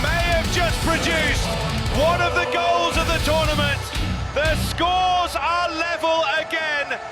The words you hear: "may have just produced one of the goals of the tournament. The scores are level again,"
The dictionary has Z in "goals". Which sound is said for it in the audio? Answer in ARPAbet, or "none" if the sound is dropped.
Z